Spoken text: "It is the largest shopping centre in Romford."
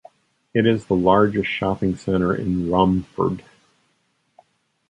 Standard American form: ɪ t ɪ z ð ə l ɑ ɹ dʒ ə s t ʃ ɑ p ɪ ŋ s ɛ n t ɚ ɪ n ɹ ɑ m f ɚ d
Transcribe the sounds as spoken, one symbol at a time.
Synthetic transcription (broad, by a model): ɪ t ɪ z ð ə l ɑ ɹ dʒ ə s t ʃ ɑ p ɪ ŋ s ɛ t ɚ ɪ n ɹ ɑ m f ɚ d